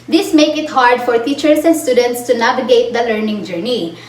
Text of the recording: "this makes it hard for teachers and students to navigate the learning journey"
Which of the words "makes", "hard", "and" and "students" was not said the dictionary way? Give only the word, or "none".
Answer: makes